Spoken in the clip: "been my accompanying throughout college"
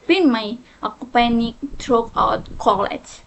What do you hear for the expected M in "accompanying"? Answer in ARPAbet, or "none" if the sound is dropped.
none